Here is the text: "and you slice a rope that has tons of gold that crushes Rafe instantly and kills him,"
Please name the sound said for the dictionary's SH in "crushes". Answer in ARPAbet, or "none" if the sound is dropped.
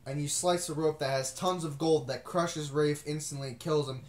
SH